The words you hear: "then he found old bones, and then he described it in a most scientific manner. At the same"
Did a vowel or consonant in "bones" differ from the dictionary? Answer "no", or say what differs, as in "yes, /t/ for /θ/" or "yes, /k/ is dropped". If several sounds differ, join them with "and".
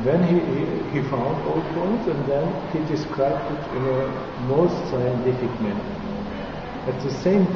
yes, /n/ is dropped